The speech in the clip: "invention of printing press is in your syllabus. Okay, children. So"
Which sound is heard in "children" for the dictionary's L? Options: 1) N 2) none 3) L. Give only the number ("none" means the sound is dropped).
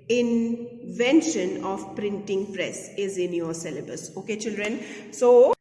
3